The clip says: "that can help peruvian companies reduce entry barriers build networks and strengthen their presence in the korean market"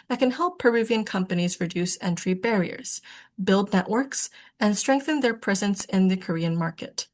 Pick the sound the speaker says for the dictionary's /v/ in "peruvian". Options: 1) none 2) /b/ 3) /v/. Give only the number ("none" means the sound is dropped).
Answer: 3